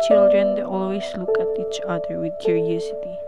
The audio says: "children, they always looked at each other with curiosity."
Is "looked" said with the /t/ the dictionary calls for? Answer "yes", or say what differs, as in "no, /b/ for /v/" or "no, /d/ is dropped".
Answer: no, /t/ is dropped